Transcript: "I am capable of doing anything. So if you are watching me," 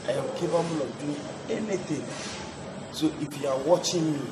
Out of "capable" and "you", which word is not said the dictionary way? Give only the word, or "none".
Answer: capable